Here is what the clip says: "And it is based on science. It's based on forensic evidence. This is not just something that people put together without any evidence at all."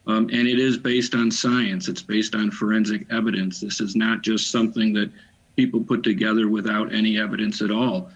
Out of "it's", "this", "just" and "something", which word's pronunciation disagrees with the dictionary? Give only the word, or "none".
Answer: none